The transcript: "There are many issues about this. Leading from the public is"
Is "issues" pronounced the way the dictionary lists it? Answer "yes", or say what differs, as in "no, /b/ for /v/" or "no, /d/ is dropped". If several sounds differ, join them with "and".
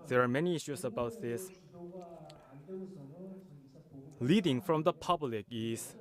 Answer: no, /s/ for /z/